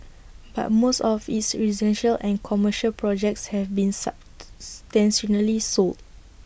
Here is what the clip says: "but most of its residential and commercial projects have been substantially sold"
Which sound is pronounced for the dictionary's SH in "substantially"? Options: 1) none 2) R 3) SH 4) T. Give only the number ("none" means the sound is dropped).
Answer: 1